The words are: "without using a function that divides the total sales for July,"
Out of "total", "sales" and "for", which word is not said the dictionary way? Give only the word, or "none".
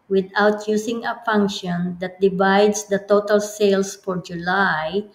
sales